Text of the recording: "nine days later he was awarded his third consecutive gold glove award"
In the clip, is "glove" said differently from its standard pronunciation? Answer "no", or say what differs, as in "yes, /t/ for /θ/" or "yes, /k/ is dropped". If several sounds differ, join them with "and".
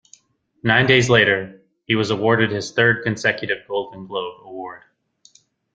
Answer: yes, /b/ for /v/